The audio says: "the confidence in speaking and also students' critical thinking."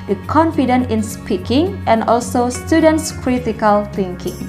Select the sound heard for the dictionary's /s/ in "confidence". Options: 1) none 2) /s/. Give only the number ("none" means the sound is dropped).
1